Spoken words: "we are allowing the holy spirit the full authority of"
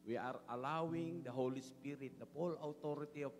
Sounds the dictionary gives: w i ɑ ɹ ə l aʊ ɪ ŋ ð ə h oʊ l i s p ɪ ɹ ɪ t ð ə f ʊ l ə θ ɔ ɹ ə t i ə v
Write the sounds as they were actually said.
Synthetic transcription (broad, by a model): w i ɑ ɹ ə l aʊ ɪ ŋ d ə h oʊ l i s p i ɹ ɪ t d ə p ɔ l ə t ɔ ɹ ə t i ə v